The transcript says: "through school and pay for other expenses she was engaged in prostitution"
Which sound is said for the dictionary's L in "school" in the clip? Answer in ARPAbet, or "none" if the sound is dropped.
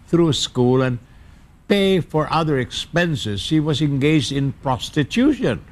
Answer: L